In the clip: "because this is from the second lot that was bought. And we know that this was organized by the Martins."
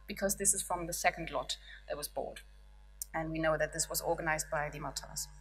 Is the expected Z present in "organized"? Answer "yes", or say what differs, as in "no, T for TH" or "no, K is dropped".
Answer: yes